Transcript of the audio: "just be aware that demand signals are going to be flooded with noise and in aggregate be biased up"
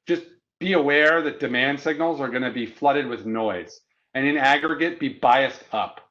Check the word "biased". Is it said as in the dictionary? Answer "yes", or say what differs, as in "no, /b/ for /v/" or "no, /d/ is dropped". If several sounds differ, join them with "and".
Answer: yes